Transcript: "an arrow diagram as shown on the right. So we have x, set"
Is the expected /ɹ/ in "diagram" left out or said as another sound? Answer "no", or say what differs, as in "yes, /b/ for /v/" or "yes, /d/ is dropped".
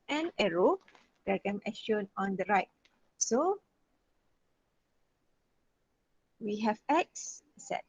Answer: yes, /ɹ/ is dropped